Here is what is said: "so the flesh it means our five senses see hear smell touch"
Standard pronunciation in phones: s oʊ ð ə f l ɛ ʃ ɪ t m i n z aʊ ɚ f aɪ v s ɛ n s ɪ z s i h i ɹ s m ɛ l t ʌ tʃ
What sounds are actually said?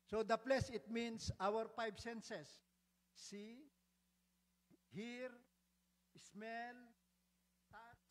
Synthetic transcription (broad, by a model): s oʊ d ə p l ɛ s ɪ t m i n s aʊ ɚ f aɪ b s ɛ n s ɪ s i h i ɹ s m ɛ l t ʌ